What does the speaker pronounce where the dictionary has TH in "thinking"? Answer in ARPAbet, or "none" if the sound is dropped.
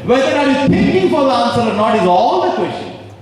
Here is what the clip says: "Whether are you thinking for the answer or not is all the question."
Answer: T